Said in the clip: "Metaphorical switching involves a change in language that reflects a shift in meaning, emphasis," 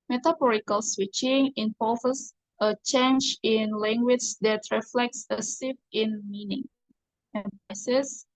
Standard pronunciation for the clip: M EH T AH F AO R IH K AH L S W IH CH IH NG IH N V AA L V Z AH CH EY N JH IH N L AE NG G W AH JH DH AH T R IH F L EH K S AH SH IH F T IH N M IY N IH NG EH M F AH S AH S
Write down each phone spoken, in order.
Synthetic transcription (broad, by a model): M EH T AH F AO R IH K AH L S W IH CH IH NG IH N P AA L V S AH CH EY N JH IH N L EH NG G W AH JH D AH T R IH F L EH K S AH S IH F IH N M IY N IH NG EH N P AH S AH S